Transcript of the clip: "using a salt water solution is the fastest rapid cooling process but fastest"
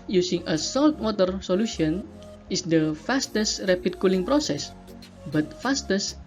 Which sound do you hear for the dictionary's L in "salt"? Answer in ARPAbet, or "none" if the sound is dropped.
L